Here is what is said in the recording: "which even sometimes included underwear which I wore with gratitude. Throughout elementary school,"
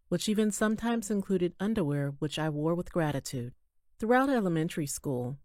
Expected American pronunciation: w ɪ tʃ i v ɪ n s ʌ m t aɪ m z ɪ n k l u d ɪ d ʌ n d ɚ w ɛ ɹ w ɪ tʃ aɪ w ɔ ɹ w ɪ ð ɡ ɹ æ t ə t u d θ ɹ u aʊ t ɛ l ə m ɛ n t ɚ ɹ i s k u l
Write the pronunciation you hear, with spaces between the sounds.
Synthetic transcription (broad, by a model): w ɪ tʃ i v ɪ n s ʌ m t aɪ m z ɪ n k l u d ɪ d ʌ n d ɚ w ɛ ɹ w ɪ tʃ aɪ w ɔ ɹ w ɪ ð ɡ ɹ æ t ə t u d θ ɹ u aʊ t ɛ l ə m ɛ n t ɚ ɹ i s k u l